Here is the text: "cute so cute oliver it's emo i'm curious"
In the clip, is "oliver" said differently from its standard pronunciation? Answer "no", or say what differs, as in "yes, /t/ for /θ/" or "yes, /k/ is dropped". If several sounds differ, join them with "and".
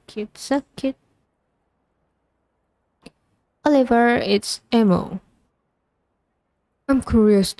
no